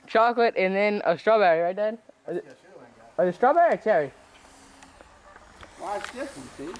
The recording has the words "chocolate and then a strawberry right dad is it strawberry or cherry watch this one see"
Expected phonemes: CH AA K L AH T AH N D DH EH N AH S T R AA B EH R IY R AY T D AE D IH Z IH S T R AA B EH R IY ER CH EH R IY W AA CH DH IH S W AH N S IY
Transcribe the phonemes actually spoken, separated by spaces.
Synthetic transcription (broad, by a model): CH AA K L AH T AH N DH EH N AH S T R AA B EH R IY R AY T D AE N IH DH IH S T R AA B EH R IY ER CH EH R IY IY